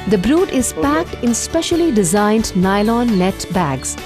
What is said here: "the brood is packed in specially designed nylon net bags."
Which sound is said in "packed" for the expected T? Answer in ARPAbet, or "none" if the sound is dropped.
T